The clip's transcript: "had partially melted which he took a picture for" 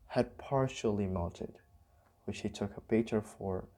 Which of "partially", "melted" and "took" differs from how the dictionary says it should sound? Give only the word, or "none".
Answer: melted